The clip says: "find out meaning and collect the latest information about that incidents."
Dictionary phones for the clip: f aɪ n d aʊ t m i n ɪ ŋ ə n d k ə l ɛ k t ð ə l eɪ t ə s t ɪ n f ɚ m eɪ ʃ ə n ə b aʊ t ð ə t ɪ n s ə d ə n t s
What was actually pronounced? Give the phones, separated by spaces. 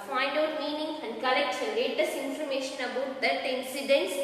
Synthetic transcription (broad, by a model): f aɪ n d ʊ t m i n ɪ ŋ ə n d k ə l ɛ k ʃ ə n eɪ t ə s ɪ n f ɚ m eɪ ʃ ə n ə b aʊ t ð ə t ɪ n s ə d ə n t s